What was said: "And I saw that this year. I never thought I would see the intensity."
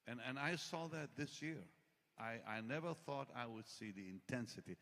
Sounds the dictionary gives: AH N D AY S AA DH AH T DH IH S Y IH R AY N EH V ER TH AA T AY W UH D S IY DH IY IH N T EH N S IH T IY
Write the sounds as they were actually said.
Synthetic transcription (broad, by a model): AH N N AY S AA DH AH T DH IH S Y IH R AY N EH V ER TH AA T AY W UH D S IY DH IY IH N T EH N S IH T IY